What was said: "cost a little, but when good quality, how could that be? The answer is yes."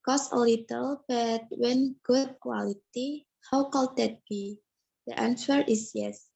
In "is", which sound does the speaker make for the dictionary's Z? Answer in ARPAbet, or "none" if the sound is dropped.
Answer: S